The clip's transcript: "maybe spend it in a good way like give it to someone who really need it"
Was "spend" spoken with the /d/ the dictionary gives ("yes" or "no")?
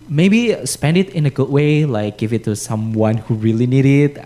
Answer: yes